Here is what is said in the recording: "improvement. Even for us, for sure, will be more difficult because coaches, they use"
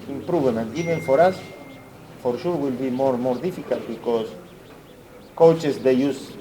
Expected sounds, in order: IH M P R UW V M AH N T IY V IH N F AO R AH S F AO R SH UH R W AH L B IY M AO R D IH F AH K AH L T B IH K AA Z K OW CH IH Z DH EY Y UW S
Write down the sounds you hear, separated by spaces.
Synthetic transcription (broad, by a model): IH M P R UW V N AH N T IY B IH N F AO R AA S F AO R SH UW R W AH L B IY M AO R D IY F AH K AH L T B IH K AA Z K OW CH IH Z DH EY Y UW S